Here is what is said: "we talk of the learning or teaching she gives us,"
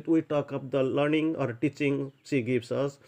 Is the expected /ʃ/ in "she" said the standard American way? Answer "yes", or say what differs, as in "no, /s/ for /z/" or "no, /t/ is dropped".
no, /s/ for /ʃ/